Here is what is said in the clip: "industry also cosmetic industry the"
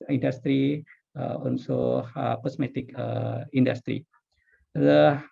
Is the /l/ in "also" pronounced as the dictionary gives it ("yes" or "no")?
no